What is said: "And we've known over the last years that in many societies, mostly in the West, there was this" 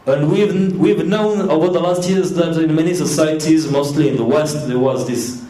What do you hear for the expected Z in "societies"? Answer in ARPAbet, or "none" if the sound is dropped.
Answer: Z